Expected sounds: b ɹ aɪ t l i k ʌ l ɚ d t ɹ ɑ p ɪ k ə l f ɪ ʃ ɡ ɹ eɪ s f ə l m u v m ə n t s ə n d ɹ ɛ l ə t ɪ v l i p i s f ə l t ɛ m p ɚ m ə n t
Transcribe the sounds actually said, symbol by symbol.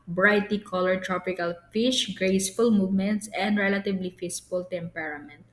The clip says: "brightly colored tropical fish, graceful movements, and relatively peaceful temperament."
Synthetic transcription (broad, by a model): b ɹ aɪ t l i k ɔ l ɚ t ɹ ɑ p ɪ k ə l f ɪ ʃ ɡ ɹ eɪ s f ə l m u v m ə n t s ə n d ɹ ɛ l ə t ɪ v l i f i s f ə l t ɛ m p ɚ m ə n t